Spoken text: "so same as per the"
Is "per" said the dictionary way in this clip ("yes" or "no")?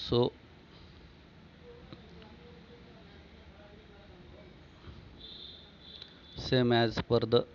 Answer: yes